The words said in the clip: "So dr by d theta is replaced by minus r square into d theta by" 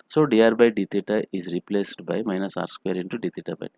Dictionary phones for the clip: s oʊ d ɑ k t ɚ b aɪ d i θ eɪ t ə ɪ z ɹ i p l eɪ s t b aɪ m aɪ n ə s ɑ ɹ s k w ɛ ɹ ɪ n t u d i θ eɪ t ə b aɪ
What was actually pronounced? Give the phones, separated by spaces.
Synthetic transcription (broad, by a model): s oʊ d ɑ t b aɪ d i t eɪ t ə ɪ z ɹ i p l eɪ s t b aɪ m aɪ n ə s ɑ ɹ s k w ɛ ɹ ɪ n t u d i t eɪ t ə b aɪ